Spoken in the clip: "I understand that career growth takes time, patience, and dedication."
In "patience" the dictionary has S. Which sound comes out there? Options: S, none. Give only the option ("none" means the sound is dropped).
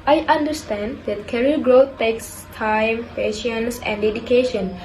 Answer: S